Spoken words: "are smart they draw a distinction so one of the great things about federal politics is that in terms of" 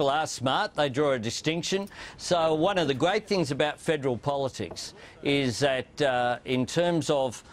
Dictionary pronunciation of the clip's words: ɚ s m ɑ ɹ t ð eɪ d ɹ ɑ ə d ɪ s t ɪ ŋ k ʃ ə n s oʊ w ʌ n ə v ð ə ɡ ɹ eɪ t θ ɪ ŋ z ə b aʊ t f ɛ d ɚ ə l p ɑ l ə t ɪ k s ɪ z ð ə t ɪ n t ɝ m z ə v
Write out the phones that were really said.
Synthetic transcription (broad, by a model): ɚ s m ɑ ɹ t ð eɪ d ɹ ɑ ə d ɪ s t ɪ ŋ k ʃ ə n s oʊ w ʌ n ə v ð ə ɡ ɹ eɪ t θ ɪ ŋ z ə b aʊ t f ɛ d ɚ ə l p ɑ l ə t ɪ k s ɪ z ð ə t ɪ n t ɝ m z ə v